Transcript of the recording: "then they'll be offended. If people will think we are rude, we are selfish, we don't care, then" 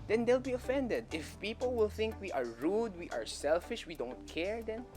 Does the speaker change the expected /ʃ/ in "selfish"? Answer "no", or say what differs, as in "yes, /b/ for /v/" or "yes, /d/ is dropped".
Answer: no